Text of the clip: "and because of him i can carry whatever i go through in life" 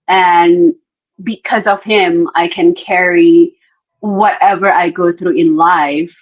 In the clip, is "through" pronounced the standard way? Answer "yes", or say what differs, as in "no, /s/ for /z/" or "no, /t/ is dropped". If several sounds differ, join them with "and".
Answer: yes